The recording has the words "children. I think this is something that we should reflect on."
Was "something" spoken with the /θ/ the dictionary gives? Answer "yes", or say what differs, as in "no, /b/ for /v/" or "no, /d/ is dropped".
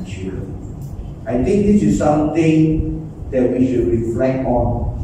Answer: no, /t/ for /θ/